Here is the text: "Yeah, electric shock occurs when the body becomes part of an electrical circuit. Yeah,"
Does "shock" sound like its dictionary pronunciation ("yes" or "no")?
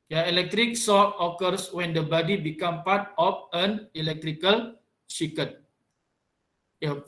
no